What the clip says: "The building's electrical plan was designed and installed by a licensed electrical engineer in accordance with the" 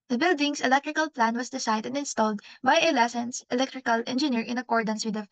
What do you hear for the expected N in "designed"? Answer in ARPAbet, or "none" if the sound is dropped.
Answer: none